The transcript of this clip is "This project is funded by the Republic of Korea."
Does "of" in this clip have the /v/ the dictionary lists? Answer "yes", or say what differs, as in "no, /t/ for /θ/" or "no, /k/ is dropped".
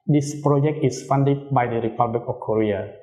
no, /f/ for /v/